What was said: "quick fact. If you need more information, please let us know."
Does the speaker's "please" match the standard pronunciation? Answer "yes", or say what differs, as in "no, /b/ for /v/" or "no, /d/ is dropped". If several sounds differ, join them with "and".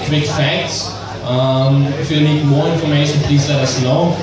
no, /s/ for /z/